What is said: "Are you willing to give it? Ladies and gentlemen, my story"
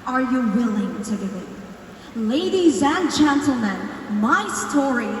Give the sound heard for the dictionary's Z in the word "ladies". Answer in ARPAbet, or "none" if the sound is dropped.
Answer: Z